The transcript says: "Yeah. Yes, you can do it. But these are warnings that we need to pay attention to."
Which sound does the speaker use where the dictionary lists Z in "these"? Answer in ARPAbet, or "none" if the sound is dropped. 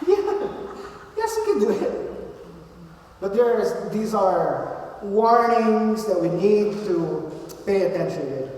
Z